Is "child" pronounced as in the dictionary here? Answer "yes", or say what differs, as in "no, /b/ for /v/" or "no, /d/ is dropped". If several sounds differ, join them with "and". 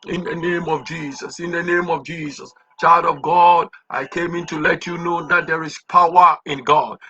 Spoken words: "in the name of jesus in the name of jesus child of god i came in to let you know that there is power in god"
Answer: yes